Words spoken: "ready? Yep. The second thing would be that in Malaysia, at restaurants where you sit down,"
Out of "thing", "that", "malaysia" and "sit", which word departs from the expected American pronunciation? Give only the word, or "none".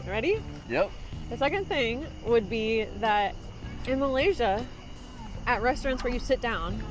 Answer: none